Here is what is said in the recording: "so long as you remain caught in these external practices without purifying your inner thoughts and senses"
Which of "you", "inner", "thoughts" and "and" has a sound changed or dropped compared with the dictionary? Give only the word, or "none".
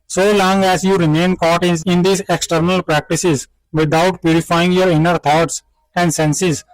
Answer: thoughts